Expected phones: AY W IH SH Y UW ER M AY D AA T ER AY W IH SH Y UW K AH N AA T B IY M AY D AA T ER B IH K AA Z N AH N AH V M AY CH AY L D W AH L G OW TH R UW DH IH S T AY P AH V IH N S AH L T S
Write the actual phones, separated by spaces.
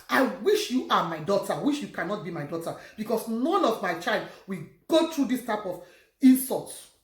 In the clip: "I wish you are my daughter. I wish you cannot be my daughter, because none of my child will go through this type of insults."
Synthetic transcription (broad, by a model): AY W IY SH Y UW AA M AY D AA T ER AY W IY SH Y UW K AH N AA T B IY M AY D AA T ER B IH K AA S N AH N AH V M AY CH AY L D W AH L G OW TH R UW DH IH S T AY P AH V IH N S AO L T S